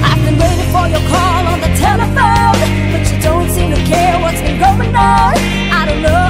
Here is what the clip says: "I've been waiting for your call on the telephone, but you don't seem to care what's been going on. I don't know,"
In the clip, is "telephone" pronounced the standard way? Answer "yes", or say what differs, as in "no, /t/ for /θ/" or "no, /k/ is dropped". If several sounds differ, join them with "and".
no, /l/ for /n/